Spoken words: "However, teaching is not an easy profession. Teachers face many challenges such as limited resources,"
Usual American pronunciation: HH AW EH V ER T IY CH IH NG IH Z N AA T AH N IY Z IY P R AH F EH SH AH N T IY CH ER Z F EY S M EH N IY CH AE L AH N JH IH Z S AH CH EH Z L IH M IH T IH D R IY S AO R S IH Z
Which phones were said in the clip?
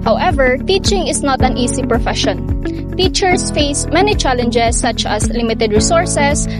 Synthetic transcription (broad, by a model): HH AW EH V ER T IY CH IH NG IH S N AA T AH N IY S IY P R AH F EH SH AH N T IY CH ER S F EY S M EH N IY CH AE L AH N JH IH S AH CH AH S L IH M IH T IH D R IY S AO R S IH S